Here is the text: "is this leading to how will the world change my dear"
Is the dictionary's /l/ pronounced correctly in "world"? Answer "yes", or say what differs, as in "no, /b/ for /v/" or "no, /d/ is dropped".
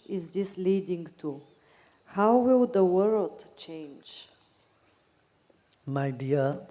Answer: yes